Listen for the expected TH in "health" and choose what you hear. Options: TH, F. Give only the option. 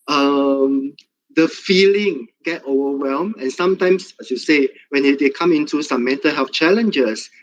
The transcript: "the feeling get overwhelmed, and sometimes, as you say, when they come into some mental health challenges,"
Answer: F